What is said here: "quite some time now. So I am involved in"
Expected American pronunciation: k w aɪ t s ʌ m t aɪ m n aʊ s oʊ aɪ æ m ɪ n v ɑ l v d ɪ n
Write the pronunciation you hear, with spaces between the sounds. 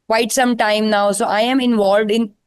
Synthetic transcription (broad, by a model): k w aɪ t s ʌ m t aɪ m n aʊ s oʊ aɪ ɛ m ɪ n v ɑ l v d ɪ n